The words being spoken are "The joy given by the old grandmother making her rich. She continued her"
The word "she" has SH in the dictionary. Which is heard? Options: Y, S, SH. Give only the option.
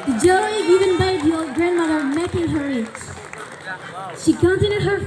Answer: SH